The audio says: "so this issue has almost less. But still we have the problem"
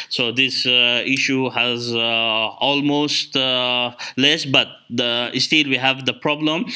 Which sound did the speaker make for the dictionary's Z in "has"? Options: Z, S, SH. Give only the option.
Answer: Z